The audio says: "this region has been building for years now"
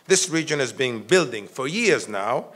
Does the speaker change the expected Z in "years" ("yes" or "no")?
no